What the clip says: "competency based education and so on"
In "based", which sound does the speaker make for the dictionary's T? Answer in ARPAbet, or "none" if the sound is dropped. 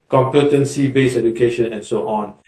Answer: none